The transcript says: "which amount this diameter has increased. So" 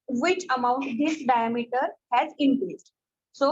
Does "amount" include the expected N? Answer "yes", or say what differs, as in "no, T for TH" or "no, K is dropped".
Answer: yes